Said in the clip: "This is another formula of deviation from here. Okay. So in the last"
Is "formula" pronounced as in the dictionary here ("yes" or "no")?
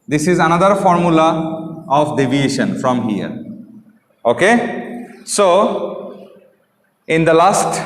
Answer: yes